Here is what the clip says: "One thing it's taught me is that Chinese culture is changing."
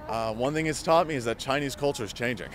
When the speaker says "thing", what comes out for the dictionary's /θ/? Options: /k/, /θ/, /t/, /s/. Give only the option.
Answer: /θ/